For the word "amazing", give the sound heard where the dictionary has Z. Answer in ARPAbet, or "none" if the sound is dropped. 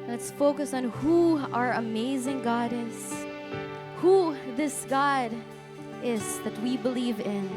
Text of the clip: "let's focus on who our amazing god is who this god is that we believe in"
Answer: Z